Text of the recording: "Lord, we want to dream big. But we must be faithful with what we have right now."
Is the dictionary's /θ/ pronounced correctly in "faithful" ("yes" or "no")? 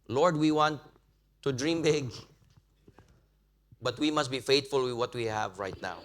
no